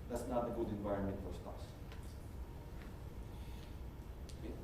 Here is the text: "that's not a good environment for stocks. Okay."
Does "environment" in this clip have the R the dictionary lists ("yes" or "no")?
yes